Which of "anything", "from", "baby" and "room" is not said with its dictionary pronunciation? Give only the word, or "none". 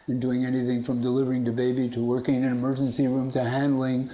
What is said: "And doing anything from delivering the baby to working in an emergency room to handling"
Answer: none